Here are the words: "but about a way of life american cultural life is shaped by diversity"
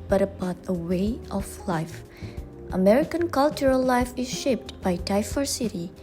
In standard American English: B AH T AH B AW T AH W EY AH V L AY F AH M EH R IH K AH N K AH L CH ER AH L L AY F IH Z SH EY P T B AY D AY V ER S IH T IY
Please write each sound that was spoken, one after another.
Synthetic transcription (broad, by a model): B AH T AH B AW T AH W EY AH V L AY F AH M EH R IH K AH N K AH L CH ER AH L L AY F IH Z SH EY P T B AY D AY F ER S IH T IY